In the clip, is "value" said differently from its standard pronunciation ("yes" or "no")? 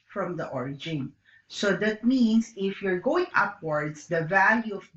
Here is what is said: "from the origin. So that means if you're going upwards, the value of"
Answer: no